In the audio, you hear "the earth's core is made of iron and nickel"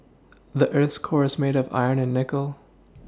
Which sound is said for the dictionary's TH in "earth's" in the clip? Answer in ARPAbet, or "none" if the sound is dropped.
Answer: TH